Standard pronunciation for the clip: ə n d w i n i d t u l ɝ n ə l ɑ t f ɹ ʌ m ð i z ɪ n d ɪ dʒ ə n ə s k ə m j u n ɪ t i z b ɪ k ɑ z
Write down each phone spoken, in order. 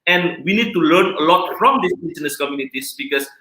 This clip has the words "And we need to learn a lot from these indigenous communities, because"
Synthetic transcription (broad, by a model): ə n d w i n i d t u l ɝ n ə l ɑ t f ɹ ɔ m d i s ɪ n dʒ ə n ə s k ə m j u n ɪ t i s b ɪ k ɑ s